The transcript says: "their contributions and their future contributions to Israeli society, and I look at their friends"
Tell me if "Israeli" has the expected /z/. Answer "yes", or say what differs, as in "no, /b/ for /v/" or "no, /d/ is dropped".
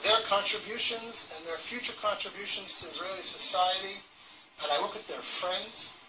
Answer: yes